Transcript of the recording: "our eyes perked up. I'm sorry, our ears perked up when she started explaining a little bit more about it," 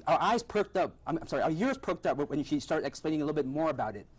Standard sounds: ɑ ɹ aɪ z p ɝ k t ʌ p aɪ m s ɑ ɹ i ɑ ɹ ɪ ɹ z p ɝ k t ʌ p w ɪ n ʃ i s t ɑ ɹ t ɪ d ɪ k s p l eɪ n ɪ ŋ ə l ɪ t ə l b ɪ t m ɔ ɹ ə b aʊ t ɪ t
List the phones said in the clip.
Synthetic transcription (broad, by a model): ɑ aɪ z p ɝ k t ʌ p aɪ m s ɑ ɹ i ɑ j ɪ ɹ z p ɝ k t ʌ p w ɪ n ʃ i s t ɑ ɹ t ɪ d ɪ k s p l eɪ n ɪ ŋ ə l ɪ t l b ɪ t m ɔ ɹ ə b aʊ t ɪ t